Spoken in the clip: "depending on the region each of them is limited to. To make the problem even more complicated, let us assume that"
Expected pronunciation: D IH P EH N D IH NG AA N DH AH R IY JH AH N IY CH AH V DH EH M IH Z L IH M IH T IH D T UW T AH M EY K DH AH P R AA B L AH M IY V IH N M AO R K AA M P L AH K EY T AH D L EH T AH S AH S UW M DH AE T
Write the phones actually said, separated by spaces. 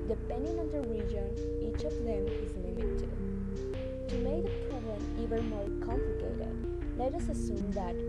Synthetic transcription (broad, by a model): D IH P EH N D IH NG AA N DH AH R IY JH AH N IY CH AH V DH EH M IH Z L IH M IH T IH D T UW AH M EY K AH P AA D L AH IY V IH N M AO R K AA M P L AH K EY T AH D L EH T AH S AH S UW M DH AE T